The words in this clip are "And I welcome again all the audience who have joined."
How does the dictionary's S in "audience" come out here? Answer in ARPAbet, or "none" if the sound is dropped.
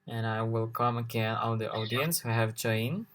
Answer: S